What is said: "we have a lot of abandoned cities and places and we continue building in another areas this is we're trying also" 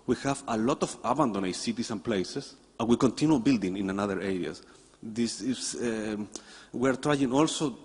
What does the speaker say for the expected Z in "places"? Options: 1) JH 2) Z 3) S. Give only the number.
3